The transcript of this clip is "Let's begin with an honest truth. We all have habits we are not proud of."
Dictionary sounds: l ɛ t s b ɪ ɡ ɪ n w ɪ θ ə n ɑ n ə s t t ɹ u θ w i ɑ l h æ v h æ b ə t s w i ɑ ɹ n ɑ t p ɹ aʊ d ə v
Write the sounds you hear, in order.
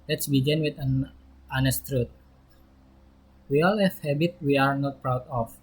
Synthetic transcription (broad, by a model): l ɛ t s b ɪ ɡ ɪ n w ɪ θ ə n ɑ n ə s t t ɹ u t w i ɑ l h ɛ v h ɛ b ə t w i ɑ ɹ n ɑ t p ɹ aʊ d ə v